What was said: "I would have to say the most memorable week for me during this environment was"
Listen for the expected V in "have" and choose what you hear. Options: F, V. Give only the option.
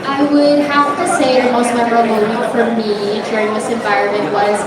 F